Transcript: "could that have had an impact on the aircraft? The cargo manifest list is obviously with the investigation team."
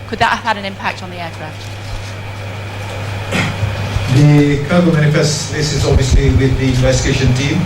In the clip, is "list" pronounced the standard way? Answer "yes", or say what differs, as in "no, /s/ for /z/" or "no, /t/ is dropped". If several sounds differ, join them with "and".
no, /t/ is dropped